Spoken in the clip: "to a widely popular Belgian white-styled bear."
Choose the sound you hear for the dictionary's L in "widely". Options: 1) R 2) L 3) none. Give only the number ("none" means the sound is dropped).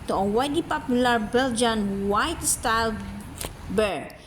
3